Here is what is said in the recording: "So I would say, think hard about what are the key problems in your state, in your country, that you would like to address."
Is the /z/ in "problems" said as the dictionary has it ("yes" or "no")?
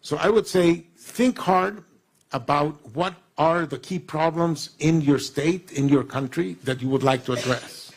yes